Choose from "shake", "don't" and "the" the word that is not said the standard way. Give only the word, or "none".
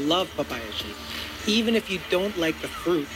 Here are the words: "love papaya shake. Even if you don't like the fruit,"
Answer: shake